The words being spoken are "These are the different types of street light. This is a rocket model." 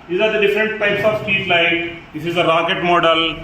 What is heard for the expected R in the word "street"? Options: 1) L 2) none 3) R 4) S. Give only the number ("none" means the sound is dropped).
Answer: 2